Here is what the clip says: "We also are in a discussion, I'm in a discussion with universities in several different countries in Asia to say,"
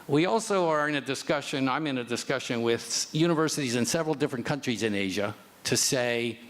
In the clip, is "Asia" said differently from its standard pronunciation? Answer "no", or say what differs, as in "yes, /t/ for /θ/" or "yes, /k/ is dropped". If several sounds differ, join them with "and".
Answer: no